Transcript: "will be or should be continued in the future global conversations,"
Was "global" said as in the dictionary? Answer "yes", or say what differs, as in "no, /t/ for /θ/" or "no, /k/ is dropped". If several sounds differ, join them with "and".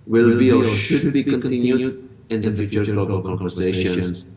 no, /b/ is dropped